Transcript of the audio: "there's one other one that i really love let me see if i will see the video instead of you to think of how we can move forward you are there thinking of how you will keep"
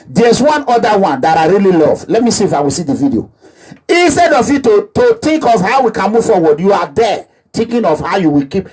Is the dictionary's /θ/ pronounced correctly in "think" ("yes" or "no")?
no